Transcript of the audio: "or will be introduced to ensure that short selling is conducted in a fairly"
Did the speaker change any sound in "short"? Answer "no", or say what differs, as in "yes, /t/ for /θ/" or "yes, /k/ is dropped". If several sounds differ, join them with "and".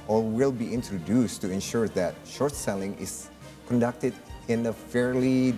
no